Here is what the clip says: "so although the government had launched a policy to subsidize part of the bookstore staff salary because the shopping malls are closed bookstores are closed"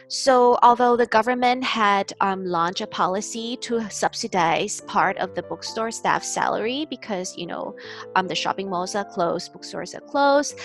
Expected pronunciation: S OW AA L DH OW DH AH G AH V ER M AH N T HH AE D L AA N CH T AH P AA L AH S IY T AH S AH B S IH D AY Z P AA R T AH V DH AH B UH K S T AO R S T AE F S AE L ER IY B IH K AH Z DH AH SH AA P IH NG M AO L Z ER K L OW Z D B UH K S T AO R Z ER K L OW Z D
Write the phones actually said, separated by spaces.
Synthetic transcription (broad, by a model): S OW AA L DH OW DH AH G AH V ER M AH N T HH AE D L AA N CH AH P AA L AH S IY T AH S AH B S IH D AY Z P AA R T AH V DH AH B UH K S T AO R S T AE F S AE L ER IY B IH K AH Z DH AH SH AA P IH NG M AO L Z ER K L OW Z B UH K S T AO R Z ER K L OW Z